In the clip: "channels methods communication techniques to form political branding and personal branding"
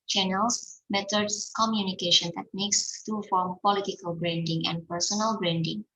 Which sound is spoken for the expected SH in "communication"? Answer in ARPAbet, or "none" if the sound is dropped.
SH